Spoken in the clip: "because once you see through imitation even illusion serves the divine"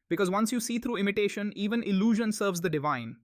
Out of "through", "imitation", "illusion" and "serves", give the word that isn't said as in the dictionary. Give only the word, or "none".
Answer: through